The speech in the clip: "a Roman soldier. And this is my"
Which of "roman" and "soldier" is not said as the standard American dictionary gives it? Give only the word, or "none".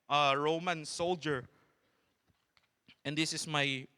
none